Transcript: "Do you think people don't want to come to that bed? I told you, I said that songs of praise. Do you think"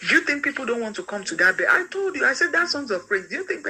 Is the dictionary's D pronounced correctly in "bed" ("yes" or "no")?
no